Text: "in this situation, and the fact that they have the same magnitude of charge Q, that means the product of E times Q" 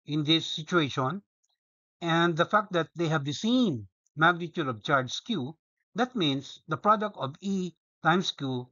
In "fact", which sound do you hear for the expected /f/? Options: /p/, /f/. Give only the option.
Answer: /f/